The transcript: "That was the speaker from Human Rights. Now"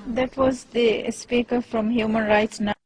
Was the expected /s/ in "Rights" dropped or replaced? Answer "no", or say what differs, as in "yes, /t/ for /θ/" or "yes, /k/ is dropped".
no